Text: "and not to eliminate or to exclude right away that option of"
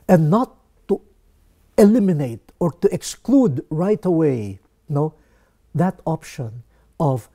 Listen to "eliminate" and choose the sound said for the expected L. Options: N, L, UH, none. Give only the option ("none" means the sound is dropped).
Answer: L